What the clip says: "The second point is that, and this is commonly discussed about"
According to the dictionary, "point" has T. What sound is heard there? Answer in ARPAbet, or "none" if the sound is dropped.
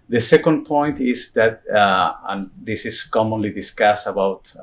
T